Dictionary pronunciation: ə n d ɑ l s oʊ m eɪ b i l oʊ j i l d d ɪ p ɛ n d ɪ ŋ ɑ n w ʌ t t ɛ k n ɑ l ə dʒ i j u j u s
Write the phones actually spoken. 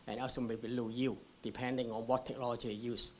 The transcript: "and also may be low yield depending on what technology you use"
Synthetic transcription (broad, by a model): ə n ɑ s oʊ m eɪ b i l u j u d d ɪ p ɛ n d ɪ ŋ ɑ n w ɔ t t ɛ k n ɑ l ə dʒ i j j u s